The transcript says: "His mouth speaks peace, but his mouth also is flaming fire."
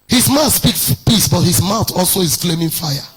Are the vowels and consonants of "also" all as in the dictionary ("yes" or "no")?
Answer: yes